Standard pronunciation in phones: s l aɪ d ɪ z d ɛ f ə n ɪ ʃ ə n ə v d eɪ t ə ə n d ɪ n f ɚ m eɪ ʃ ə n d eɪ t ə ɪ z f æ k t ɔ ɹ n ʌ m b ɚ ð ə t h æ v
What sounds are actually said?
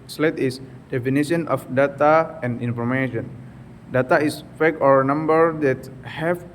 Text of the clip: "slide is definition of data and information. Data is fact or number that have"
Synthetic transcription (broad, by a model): s l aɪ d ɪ s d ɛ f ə n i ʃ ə n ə f d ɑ t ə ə n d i n f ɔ m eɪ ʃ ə n d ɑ t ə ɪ s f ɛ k ɔ ɹ n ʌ m b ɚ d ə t h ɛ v